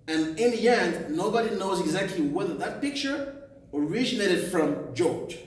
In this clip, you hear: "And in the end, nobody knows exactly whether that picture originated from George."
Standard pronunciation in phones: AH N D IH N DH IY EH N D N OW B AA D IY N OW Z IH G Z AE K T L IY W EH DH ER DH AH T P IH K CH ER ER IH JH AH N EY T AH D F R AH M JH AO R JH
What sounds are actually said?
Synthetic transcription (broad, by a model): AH N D IH N DH IY EH N D N OW B AA D IY N OW Z IH G Z AE K T L IY W EH DH ER DH AH T P IH K CH ER ER IH JH AH N EY T AH D F R AH M JH AO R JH